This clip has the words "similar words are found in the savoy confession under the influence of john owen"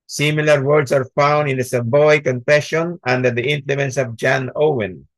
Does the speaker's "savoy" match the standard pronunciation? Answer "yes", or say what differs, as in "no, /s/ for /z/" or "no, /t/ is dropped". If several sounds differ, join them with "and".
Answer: no, /b/ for /v/